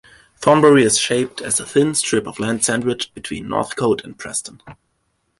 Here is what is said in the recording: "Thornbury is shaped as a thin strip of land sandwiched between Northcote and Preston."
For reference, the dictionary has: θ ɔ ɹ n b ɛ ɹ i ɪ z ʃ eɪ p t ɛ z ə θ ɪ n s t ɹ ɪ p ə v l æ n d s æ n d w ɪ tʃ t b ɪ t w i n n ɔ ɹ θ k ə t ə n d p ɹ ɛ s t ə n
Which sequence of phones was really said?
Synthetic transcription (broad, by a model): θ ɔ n b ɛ ɹ i ɪ z ʃ eɪ p t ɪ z ə θ ɪ n s t ɹ ɪ p ə v l æ n d s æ n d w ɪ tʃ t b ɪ t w i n n ɔ ɹ θ k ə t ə n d p ɹ ɛ s t ə n